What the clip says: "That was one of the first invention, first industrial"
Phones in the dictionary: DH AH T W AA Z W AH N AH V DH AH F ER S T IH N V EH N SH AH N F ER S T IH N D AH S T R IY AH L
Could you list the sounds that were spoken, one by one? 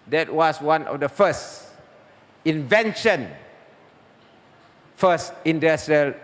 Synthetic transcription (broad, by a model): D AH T W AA S W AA N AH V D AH F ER S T IH N V EH N SH AH N F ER S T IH N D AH S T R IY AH L